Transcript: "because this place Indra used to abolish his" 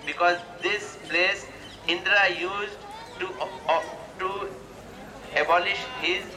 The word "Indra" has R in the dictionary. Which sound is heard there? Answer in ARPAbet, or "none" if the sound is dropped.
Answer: R